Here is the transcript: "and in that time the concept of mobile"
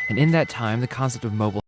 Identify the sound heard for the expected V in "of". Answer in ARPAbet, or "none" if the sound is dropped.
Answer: V